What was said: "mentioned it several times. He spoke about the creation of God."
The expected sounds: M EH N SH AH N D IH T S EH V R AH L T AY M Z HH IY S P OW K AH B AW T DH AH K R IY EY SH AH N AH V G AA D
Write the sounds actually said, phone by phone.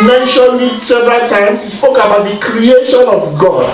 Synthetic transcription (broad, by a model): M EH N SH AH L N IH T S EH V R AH T AY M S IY S P OW K AH B AW T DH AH K R IY EY SH AH N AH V G AA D